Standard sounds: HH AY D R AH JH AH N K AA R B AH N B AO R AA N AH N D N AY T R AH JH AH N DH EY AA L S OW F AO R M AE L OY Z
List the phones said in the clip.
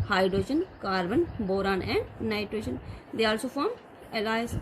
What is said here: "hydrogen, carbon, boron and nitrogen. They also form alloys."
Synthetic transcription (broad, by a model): HH AY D R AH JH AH N K AA R B AH N B AO R AA N AH N D N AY T R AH SH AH N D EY AA L S OW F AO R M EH L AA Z